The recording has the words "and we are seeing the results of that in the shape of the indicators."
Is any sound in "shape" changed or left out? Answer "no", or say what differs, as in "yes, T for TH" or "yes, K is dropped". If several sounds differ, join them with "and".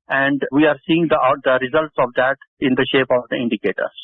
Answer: no